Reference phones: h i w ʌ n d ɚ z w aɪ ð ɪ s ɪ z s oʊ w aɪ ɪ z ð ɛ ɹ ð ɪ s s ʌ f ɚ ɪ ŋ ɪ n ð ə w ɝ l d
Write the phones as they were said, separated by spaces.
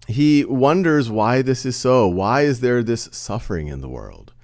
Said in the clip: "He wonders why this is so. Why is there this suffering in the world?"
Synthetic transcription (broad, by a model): h i w ʌ n d ɚ z w aɪ ð ɪ s ɪ z s oʊ w aɪ ɪ z ð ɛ ɹ ð ɪ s s ʌ f ɚ ɪ ŋ ɪ n ð ə w ɝ l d